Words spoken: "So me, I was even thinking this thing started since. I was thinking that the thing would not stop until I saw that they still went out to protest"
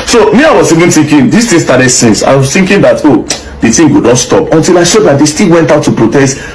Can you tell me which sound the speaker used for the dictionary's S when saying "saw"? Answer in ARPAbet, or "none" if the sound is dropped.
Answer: SH